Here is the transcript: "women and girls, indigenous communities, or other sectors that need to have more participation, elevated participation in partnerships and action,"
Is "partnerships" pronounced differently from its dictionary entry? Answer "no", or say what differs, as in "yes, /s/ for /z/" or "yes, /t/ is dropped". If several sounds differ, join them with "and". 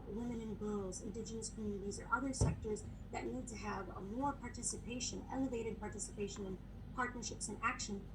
no